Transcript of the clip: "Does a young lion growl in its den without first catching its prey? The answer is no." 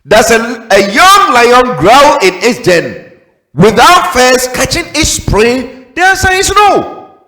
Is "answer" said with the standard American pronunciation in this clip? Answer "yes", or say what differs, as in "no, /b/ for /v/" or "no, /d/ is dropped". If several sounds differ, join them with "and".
no, /n/ is dropped